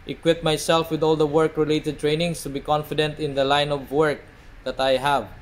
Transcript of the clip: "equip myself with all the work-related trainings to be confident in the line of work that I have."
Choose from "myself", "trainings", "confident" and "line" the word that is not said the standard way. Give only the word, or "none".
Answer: trainings